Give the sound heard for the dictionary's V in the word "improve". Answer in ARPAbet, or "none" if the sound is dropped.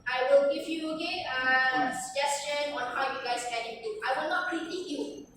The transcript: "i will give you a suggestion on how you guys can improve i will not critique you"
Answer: none